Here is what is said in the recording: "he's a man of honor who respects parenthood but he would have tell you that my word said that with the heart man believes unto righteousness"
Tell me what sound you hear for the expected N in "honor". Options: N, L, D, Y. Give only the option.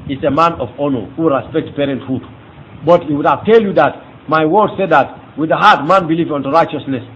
N